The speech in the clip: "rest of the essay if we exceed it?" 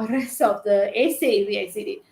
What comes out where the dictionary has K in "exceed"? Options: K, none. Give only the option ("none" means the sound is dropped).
none